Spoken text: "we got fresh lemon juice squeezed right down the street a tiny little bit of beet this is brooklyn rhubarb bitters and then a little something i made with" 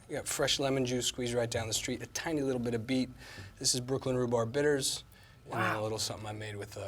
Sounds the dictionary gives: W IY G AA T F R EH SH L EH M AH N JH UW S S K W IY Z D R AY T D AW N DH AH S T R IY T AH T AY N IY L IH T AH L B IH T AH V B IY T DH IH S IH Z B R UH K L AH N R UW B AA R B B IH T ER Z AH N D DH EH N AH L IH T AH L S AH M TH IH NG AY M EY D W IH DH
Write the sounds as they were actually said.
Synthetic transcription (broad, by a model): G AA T F R EH SH L EH M AH N JH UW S S K W IY Z R AY T D AW N DH AH S T R IY T AH T AY N IY L IH T L B IH T AH V B IY T DH IH S IH Z B R UH K L AH N R UW B AA R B B IH T ER Z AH N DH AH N AH L IH T L S AH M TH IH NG AY M EY D W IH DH